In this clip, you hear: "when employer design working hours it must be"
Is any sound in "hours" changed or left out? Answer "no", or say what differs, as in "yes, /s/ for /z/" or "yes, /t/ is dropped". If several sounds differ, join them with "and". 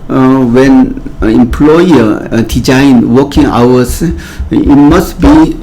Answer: yes, /s/ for /z/